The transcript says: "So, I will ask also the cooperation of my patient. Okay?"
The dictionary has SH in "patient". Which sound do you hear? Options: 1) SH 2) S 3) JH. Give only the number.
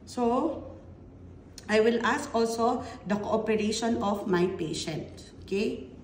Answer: 1